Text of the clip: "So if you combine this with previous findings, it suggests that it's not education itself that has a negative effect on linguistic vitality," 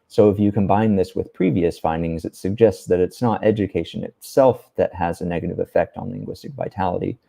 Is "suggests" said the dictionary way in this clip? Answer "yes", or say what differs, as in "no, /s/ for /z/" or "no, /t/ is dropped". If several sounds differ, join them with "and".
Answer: yes